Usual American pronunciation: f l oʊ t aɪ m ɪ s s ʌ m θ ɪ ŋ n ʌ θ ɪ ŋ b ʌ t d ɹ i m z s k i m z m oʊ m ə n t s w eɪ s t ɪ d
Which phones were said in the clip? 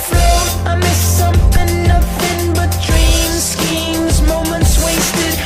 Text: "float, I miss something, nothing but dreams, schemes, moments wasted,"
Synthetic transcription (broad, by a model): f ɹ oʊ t aɪ m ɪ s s ʌ m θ ɪ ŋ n ʌ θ ɪ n b ʌ t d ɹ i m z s k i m z m oʊ m ə n t s w eɪ s t ɪ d